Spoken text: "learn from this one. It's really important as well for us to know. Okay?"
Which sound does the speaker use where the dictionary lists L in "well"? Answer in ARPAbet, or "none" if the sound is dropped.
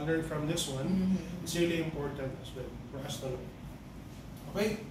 N